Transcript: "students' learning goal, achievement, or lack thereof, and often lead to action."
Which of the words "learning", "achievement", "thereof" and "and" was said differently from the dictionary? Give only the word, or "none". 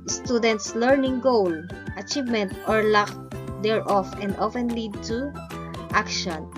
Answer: thereof